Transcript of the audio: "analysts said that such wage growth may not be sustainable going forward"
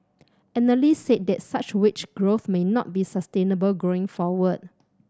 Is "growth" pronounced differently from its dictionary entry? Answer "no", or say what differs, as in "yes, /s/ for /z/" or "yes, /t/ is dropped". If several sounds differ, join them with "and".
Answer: no